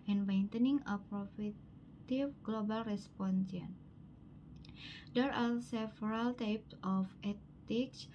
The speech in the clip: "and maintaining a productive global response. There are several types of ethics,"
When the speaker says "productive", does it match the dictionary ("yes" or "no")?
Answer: no